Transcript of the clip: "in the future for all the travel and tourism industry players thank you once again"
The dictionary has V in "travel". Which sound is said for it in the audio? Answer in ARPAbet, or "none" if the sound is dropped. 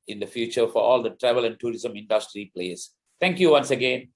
V